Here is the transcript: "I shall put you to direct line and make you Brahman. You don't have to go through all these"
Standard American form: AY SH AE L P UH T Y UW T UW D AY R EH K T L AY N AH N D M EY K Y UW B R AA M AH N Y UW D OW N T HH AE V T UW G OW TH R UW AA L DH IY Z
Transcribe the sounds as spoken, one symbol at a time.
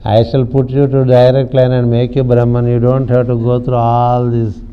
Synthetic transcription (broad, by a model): AY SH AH L P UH T Y UW T UW D AY R EH K T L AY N AH N D M EY K Y UW B R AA M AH N Y UW D OW N T HH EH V T UW G OW T R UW AA L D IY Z